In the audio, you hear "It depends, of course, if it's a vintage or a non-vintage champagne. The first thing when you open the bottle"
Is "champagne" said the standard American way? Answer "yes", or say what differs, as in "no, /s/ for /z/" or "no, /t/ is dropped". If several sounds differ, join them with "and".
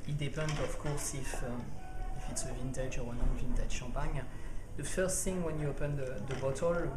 no, /m/ is dropped